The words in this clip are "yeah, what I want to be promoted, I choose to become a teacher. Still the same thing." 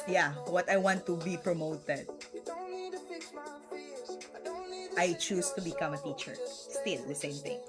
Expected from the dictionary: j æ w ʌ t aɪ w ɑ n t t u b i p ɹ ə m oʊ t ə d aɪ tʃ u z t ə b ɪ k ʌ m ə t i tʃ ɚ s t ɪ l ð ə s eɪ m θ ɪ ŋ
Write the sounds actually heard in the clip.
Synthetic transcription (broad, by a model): j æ w ʌ t aɪ w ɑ n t t u b i p ɹ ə m oʊ t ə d aɪ tʃ u s t ə b ɪ k ʌ m ə t i tʃ ɚ s t ɪ l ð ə s eɪ m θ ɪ ŋ